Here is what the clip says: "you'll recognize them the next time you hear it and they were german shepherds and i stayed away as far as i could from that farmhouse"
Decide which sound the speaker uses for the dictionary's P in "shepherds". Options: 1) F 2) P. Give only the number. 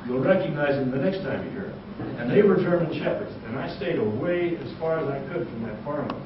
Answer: 2